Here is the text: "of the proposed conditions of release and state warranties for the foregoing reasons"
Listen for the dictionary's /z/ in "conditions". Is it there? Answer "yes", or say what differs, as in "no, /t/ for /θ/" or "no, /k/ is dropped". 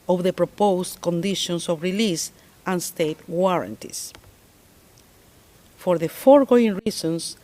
no, /s/ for /z/